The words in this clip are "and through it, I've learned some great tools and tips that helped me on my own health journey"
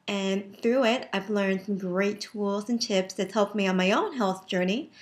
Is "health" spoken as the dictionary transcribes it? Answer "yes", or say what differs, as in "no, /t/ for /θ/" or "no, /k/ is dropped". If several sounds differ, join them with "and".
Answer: yes